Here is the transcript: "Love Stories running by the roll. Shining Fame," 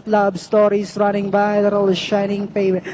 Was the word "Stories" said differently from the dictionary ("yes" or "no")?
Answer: yes